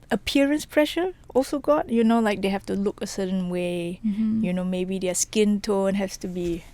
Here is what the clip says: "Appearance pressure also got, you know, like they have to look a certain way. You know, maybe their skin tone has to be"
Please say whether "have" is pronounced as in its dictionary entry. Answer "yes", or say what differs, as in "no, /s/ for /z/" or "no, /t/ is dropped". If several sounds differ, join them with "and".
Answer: no, /f/ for /v/